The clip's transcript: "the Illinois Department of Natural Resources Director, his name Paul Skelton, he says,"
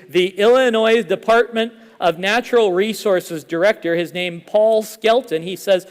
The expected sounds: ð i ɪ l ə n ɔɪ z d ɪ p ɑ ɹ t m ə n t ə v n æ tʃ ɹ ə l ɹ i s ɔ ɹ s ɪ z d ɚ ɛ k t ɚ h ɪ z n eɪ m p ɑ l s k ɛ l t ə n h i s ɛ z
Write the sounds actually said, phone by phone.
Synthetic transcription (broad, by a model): ð i ɪ l ə n ɔɪ z d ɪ p ɑ ɹ t m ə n t ə v n æ tʃ ɹ l ɹ i s ɔ ɹ s ɪ z d ɚ ɛ k t ɚ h ɪ z n eɪ m p ɑ l s k ɛ l t ə n i s ɛ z